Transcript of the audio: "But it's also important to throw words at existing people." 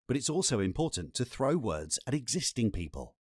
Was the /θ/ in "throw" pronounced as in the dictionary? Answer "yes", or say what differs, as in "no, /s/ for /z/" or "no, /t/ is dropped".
yes